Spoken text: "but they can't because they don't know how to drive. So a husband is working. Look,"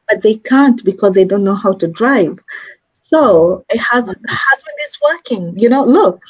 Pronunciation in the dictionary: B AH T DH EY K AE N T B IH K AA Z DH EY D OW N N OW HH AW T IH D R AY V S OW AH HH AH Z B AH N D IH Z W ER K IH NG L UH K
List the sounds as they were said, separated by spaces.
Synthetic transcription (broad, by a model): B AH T DH EY K AE N T B IH K AA Z DH EY D OW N N OW HH AW T IH D R AY V S OW AH HH AH Z B AH N D IH Z W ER K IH NG L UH K